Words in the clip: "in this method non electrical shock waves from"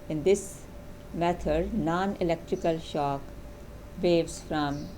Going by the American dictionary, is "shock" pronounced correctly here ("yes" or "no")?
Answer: yes